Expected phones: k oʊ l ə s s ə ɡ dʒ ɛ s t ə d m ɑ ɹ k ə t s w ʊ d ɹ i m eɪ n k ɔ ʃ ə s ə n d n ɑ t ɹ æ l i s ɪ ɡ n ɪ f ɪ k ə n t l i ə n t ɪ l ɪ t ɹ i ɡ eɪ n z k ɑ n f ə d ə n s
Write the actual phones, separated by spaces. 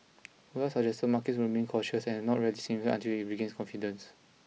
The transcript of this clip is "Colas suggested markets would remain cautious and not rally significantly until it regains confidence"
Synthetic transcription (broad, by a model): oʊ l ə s s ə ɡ dʒ ɛ s t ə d m ɑ k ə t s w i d ɹ i m eɪ n k ɔ ʃ ə s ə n n ɑ t ɹ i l i s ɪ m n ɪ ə n t i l ɪ t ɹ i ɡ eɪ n s k ɑ n f ə d ə n s